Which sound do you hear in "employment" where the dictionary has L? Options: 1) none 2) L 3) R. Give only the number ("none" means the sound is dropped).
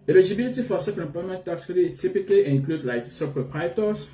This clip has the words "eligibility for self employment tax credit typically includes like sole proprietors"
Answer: 1